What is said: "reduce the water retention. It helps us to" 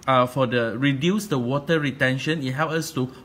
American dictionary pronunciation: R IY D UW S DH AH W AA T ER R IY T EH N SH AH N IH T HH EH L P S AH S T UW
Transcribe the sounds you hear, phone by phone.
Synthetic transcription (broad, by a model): R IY D UW S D AH W AA T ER R IY T EH N SH AH N IH T HH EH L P AH S T UW